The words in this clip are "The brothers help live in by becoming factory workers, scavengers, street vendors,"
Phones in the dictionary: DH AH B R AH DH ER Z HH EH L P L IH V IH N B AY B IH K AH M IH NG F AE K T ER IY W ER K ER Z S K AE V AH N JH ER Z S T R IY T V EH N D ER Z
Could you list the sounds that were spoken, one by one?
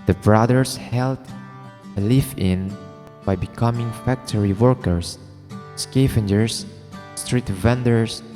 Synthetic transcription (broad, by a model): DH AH B R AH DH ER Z HH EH L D L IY F IH N B AY B IH K AH M IH NG F AE K T ER IY W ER K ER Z S K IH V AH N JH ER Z S T R IY T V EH N D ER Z